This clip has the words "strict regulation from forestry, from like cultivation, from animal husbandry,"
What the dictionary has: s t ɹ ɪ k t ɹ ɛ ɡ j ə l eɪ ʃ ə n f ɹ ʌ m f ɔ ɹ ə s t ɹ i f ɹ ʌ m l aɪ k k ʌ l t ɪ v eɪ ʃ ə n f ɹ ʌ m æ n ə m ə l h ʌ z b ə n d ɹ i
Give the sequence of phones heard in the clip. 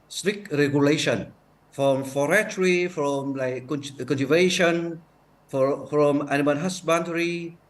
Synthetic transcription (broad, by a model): s t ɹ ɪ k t ɹ ɛ ɡ j ə l eɪ ʃ ə n f ɹ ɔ m f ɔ ɹ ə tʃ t ɹ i f ɹ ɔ m l aɪ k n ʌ n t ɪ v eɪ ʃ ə n f ɹ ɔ m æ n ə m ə n h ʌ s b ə n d ɹ i